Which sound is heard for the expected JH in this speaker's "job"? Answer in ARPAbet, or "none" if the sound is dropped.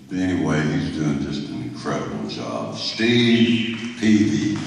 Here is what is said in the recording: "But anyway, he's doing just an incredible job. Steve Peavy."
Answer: Z